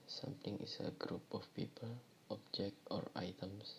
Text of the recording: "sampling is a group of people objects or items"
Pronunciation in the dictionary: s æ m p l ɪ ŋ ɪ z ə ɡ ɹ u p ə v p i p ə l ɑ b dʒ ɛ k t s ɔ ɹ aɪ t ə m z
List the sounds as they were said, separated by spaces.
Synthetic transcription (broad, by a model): s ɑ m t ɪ ŋ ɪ s ə ɡ ɹ u p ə f p i p ə l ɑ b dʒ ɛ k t ɔ ɹ aɪ t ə m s